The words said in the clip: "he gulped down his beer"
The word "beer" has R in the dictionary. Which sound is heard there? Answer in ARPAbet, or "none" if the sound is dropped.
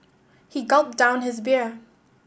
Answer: R